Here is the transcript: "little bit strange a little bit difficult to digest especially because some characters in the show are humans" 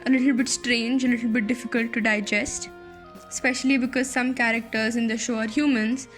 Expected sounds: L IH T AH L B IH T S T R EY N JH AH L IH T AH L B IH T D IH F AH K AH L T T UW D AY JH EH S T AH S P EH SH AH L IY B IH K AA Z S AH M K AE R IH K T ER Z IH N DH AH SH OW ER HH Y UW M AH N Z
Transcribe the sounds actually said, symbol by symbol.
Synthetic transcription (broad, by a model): L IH T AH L B IH T S T R EY N JH AH L IH T AH L B IH T D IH F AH K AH L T T UW D AY JH EH S T S P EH SH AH L IY B IH K AA Z S AH M K AE R IH K T ER Z IH N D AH SH OW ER HH Y UW M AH N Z